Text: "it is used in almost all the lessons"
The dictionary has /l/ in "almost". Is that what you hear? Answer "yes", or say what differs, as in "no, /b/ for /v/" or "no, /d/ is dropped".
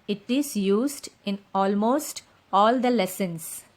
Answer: yes